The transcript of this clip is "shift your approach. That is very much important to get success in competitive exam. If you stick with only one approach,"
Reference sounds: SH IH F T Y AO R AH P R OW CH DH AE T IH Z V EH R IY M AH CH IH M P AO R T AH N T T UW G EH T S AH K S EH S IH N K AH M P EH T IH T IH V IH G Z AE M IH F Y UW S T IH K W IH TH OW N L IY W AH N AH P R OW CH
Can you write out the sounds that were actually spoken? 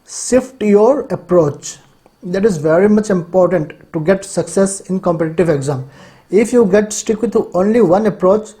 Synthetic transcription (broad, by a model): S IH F T Y AO R AH P R OW CH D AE T IH Z V EH R IY M AH CH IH M P AO R T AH N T T UW G EH T S AH K S EH S IH N K AH M P EH T IH T IH V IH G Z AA M IH F Y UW S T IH K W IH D OW N L IY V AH N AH P R OW CH